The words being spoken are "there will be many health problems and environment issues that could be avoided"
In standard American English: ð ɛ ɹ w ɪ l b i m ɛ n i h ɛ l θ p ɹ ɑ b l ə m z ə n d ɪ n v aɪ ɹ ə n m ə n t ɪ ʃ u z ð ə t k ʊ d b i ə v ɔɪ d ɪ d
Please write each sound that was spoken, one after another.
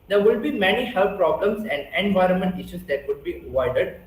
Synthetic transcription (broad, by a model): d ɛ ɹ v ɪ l b i m ɛ n i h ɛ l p p ɹ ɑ b l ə m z ə n d ɪ n v aɪ ɹ ə n m ə n t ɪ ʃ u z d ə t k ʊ d b i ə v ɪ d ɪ d